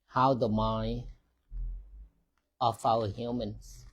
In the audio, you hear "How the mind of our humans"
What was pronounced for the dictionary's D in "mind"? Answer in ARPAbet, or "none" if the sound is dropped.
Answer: none